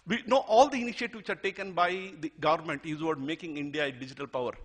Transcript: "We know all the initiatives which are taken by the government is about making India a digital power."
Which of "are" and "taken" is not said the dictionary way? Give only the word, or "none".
none